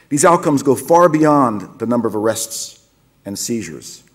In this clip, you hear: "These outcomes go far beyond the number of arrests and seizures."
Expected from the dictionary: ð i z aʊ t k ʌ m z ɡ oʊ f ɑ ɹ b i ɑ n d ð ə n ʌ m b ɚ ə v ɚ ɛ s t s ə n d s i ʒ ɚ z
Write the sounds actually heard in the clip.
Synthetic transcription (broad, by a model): ð i z aʊ t k ʌ m z ɡ oʊ f ɑ ɹ b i ɑ n ð ə n ʌ m b ɚ ə v ɚ ɛ s t s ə n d s i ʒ ɚ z